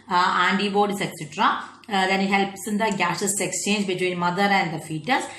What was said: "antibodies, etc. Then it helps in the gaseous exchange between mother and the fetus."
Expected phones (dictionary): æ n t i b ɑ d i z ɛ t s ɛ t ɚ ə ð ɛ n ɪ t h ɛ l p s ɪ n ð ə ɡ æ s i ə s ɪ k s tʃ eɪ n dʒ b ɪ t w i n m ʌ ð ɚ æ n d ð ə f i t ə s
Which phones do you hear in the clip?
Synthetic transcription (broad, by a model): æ n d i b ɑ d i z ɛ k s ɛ t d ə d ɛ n ɪ t h ɛ l p s ɪ n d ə ɡ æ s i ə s ɪ k s tʃ eɪ n dʒ b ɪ t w i n m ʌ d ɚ æ n d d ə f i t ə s